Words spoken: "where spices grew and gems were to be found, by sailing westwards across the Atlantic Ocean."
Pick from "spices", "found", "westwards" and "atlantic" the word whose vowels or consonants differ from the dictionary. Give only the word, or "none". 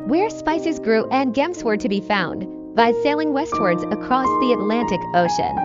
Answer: none